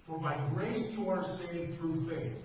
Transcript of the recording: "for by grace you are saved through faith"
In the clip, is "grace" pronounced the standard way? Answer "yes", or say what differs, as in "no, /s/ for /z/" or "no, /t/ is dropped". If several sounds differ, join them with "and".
yes